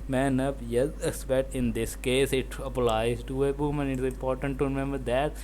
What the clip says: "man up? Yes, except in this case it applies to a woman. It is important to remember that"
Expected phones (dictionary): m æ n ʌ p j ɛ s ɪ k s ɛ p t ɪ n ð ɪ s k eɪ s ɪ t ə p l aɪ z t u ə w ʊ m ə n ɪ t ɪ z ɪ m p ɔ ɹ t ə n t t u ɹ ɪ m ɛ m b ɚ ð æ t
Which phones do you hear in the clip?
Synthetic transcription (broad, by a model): m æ n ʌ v j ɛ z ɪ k s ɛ t ɪ n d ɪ s k eɪ s ɪ t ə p l aɪ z t u ə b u m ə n ɪ t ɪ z ɪ m p ɔ ɹ t ə n t t u ɹ ɪ m ɛ m b ɚ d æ t